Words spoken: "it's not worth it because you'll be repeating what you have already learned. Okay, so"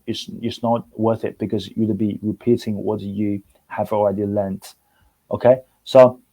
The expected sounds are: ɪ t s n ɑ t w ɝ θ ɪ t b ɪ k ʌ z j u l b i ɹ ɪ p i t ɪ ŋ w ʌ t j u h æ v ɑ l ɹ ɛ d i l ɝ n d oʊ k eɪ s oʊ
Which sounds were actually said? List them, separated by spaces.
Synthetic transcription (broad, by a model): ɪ t s n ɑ t w ɝ θ ɪ t b ɪ k ʌ z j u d b i ɹ ɪ p i t ɪ ŋ w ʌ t j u h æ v ɑ l ɹ ɛ d i l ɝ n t oʊ k eɪ s oʊ